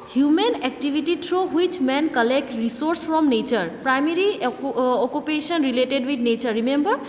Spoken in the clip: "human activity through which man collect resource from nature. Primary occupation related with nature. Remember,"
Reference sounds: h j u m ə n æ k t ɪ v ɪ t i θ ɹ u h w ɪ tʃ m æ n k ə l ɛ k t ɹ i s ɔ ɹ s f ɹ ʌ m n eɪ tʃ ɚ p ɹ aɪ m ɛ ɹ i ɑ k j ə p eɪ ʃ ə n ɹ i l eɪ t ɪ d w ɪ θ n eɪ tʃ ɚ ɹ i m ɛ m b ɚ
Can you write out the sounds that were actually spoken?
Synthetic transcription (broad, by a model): h j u m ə n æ k t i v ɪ t i t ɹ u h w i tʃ m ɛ n k ə l ɛ k t ɹ i s ɔ ɹ s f ɹ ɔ m n eɪ tʃ ɚ p ɹ aɪ m ɛ ɹ i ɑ k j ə p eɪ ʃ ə n ɹ i l eɪ t ɪ d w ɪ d n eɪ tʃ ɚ ɹ i m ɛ m b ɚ